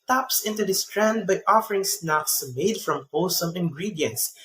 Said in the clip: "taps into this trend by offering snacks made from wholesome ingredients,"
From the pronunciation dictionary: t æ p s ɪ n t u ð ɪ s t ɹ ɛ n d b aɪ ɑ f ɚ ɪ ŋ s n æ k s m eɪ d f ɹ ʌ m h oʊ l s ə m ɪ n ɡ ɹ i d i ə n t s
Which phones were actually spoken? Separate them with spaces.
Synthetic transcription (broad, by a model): t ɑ p s ɪ n t u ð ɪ s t ɹ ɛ n d b aɪ ɑ f ɚ ɪ ŋ s n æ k s m eɪ d f ɹ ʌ m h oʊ s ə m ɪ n ɡ ɹ i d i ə n t s